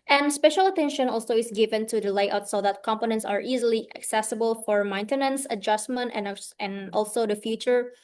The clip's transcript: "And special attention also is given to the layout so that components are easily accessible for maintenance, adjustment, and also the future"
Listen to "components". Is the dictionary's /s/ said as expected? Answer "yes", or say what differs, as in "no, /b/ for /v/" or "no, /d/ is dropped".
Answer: yes